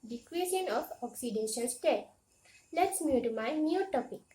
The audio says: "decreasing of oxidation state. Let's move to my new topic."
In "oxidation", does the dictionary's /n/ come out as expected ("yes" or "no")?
no